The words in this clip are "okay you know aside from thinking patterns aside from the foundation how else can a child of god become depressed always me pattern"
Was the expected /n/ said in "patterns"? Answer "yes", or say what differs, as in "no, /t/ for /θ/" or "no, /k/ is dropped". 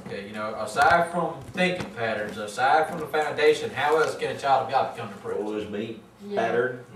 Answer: yes